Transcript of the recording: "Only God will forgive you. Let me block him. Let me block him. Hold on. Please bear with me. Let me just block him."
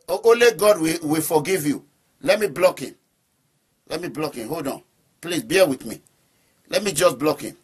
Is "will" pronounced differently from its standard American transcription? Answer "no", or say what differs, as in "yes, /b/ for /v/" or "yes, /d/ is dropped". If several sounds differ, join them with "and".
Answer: yes, /w/ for /l/